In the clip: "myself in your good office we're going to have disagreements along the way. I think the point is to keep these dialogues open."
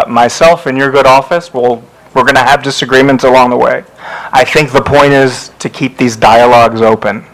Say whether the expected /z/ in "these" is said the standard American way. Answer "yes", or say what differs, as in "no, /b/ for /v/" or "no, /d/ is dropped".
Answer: yes